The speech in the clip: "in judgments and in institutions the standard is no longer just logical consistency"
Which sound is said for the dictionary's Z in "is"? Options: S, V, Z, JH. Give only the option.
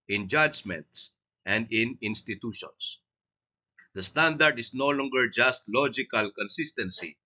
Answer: S